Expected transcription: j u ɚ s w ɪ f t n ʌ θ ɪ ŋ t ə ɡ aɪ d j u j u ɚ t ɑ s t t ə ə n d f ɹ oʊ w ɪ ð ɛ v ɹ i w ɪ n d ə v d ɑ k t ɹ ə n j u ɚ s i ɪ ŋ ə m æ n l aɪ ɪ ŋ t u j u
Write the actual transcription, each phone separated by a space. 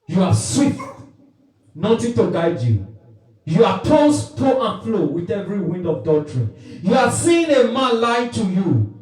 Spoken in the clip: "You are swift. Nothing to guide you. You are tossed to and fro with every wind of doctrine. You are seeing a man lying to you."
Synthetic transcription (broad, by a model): j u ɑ s w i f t n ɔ t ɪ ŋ t ə ɡ aɪ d j u j u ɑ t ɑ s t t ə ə n f l oʊ w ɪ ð ɛ v ɹ i w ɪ n d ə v d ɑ t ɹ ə n j u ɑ s i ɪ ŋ ə m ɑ n l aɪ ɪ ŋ t u j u